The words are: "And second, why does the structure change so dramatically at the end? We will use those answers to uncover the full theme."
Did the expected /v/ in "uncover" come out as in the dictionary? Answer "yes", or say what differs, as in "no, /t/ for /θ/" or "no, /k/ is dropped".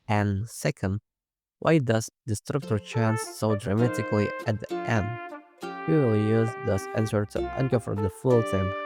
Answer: no, /f/ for /v/